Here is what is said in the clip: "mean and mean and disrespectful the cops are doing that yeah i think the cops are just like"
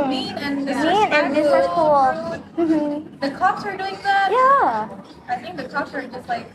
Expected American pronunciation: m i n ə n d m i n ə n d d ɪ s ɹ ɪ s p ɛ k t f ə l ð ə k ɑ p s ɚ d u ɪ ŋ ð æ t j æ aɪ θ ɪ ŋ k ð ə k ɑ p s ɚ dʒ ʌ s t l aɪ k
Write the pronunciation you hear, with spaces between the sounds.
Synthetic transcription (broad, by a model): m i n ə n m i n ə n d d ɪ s ɪ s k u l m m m ð ə k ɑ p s ɚ d u ɪ ŋ ð æ t j æ aɪ θ ɪ ŋ k ð ə k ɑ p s ɚ dʒ ʌ s t l aɪ k